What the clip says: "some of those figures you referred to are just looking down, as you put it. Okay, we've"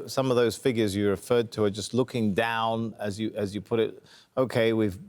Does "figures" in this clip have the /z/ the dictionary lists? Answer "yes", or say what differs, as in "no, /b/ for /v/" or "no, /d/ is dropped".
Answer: yes